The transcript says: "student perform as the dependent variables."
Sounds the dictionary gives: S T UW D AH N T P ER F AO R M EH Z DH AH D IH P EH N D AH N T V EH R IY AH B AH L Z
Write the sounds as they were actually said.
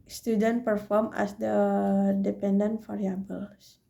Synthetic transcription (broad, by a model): S T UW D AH N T P ER F AO R M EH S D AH D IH P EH N D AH N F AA R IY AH B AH L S